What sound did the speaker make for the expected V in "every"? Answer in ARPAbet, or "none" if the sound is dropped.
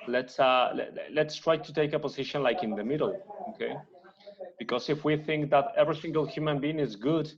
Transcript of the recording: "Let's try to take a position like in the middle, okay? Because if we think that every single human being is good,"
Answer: V